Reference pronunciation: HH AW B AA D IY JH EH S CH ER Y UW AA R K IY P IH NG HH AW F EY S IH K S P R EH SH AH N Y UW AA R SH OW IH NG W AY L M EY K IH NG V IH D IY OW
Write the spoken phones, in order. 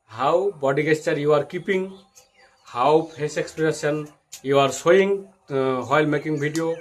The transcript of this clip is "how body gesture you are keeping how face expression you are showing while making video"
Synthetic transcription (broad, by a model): HH AW B AA D IY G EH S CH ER Y UW AA R K IY P IH NG HH AW P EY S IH K S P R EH S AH N Y UW AA R S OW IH NG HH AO L M EY K IH NG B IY D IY OW